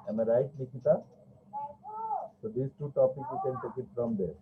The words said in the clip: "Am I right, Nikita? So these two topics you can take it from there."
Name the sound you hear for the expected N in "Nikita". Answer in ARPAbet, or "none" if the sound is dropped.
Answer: L